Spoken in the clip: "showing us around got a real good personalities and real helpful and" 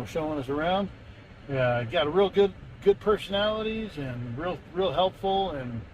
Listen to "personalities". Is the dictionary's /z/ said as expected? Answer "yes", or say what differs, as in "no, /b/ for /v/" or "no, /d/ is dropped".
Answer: yes